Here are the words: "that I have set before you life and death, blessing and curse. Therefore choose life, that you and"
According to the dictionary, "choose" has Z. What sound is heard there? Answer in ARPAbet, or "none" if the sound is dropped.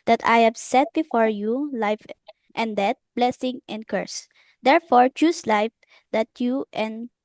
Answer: S